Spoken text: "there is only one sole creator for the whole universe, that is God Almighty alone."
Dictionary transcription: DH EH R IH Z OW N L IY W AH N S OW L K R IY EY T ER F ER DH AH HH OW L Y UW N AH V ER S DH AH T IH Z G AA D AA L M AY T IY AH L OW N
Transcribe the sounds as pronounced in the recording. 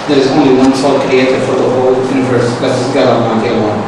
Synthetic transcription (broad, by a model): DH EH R IH Z OW N L IY W AH N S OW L K R IY EY T ER F ER DH AH HH OW L Y UW N AH V ER S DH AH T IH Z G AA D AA M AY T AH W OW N